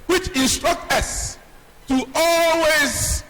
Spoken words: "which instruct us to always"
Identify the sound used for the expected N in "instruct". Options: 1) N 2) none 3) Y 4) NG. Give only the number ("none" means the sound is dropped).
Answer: 1